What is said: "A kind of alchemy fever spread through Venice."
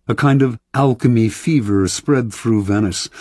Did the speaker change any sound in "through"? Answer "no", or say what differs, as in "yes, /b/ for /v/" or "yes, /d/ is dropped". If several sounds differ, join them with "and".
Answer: no